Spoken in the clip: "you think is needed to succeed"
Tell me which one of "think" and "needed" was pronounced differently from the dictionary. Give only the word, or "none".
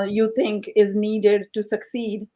think